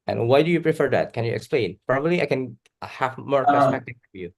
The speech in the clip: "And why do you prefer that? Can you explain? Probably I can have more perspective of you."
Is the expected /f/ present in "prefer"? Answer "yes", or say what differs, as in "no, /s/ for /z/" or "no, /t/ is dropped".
yes